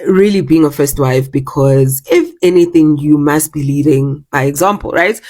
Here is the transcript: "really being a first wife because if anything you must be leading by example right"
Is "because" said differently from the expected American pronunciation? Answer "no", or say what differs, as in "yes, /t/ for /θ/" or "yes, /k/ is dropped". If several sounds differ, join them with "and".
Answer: no